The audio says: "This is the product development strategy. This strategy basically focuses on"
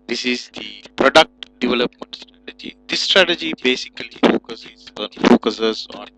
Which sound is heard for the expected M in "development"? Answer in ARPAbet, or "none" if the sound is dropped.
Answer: M